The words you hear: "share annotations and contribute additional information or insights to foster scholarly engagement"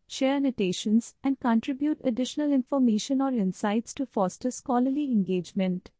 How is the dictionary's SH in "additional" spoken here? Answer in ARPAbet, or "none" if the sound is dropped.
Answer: SH